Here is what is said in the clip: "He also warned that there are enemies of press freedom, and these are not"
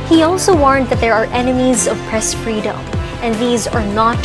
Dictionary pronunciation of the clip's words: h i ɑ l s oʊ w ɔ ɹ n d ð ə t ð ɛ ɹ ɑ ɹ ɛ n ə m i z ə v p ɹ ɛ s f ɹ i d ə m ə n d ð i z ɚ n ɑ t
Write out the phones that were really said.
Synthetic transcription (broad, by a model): h i ɑ l s oʊ w ɔ ɹ n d ð ə t ð ɛ ɹ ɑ ɹ ɛ n ə m i z ə v p ɹ ɛ s f ɹ i d ə m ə n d ð i z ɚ n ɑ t